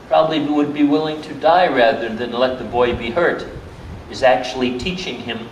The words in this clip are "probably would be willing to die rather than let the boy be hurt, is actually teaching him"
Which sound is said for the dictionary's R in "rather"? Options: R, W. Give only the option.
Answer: R